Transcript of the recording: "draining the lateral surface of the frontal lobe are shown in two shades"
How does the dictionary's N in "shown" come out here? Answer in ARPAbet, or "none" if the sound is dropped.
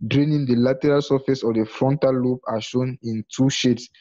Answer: N